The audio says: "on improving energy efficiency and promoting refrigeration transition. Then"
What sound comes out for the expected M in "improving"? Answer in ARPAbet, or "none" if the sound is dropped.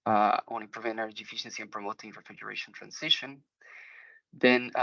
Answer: none